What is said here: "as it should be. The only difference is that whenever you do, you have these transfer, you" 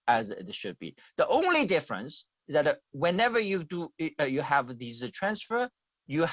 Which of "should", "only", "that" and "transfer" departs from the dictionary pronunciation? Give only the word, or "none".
none